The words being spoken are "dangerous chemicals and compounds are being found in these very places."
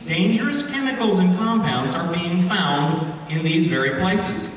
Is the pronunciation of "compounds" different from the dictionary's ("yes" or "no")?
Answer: no